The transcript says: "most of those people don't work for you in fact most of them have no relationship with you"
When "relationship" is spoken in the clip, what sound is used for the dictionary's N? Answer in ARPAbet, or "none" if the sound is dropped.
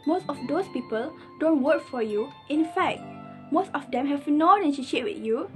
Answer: none